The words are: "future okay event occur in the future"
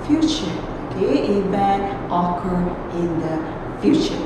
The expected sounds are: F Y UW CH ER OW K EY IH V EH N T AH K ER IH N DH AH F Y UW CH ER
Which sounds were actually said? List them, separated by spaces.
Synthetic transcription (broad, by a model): F Y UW CH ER OW K EY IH B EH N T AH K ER IH N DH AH F Y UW CH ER